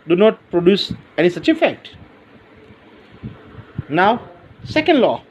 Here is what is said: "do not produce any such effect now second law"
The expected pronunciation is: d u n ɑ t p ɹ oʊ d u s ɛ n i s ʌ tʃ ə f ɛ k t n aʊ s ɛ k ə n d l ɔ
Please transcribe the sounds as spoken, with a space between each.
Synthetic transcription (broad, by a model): d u n ɑ t p ɹ oʊ d u s ɛ n i s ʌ tʃ ə f ɛ k t n aʊ s ɛ k ə n d l ɔ